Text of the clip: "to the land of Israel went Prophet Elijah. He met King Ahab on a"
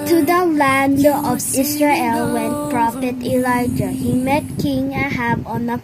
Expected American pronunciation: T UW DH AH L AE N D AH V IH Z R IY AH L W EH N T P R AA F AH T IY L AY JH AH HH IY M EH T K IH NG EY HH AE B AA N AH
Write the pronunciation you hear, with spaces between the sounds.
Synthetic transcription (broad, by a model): T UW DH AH L AE N D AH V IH S R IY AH L W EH N P R AA F AH T IY L AY JH AH HH IY M EH T K IH NG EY HH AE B AA N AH